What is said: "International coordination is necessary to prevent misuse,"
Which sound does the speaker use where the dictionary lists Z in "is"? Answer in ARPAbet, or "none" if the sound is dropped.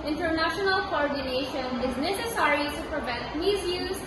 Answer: Z